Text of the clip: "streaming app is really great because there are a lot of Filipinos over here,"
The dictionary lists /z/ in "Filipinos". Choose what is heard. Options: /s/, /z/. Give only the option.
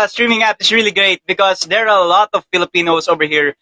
/s/